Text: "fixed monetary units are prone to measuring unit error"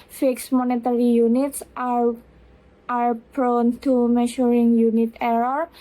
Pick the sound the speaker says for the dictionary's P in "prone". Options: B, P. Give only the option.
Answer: B